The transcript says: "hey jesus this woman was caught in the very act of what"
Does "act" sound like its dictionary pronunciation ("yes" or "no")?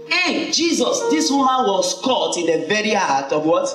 no